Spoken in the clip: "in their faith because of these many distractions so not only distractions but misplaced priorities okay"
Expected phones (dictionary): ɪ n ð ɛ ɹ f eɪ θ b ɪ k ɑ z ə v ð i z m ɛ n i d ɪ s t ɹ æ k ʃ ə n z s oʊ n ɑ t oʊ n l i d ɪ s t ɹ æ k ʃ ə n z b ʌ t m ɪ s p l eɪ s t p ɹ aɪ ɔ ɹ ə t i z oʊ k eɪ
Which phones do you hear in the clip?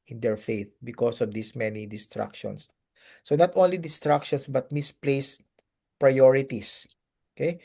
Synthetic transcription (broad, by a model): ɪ n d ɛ ɹ f eɪ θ b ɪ k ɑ s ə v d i s m ɛ n i d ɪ s t ɹ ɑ k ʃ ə n s oʊ n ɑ t oʊ n l i d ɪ s t ɹ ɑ k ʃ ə n s b ʌ t m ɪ s p l eɪ s p ɹ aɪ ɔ ɹ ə t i s oʊ k eɪ